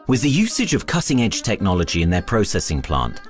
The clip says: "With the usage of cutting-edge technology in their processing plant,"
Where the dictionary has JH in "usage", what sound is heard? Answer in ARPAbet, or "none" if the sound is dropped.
JH